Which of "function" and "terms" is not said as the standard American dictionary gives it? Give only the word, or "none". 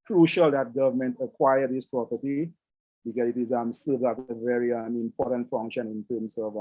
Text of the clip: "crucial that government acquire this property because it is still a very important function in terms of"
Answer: terms